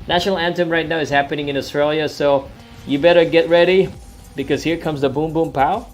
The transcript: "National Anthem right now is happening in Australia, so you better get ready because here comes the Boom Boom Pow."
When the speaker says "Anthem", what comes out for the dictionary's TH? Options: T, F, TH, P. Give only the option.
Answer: T